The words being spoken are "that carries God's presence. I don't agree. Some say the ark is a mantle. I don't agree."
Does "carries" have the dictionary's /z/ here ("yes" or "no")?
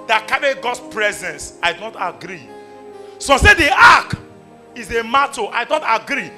no